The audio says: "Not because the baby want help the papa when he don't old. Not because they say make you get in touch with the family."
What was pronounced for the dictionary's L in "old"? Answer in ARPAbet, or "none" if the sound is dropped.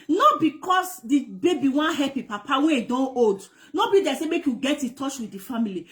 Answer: none